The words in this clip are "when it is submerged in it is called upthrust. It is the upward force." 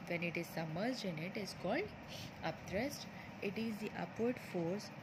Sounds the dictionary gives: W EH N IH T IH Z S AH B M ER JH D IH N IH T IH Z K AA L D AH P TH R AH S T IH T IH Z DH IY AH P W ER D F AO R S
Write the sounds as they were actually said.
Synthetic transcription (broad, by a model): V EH N IH T IH Z S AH M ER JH IH N IH T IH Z K AA L D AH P T R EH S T IH T IH Z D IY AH P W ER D F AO R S